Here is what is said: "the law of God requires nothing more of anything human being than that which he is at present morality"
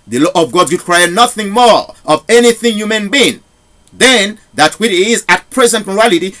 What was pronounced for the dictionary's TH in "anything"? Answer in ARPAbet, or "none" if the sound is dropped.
TH